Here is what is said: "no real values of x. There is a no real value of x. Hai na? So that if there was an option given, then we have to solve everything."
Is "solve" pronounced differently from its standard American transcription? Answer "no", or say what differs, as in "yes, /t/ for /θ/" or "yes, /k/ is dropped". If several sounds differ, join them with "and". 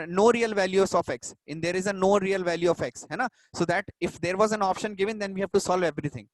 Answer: no